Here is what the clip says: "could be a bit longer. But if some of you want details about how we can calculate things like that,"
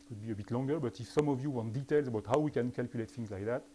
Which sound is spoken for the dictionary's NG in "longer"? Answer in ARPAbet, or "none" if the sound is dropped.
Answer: NG